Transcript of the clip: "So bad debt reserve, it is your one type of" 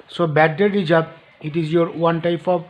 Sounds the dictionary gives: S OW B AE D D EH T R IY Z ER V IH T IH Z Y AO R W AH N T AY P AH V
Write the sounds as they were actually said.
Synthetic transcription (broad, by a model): S OW B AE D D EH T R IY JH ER B IH T IH Z Y AO R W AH N T AY P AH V